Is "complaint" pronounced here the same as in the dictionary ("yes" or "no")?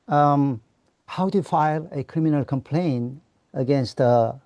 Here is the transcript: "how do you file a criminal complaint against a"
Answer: no